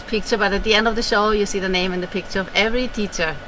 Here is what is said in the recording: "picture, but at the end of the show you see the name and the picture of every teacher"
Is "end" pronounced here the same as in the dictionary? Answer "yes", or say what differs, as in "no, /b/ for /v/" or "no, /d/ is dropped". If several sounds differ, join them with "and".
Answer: yes